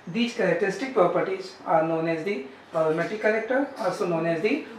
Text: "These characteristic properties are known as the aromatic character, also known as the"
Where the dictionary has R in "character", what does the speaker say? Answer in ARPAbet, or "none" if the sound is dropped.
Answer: L